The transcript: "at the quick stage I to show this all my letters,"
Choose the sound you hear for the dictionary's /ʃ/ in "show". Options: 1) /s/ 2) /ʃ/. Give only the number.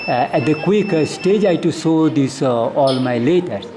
1